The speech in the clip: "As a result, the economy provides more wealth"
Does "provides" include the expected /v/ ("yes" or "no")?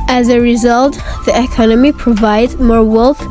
yes